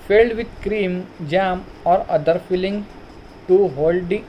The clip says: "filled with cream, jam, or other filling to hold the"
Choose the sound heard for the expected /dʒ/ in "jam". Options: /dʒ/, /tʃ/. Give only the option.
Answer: /dʒ/